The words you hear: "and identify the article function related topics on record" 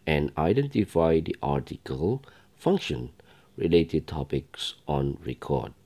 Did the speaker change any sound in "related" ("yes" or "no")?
no